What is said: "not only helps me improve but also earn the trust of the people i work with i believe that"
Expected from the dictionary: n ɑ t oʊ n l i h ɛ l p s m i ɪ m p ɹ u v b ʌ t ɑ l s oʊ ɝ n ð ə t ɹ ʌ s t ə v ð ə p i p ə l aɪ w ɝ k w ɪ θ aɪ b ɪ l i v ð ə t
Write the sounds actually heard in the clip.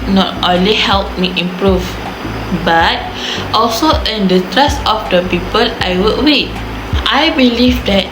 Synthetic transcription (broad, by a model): n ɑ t oʊ n l i h ɛ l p m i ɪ m p ɹ u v b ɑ t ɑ l s oʊ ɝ n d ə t ɹ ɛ s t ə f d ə p i p ə l aɪ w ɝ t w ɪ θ aɪ b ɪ l i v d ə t